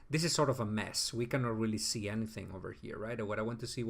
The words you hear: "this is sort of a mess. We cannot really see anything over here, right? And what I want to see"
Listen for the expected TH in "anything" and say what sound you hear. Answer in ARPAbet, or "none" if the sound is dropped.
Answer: TH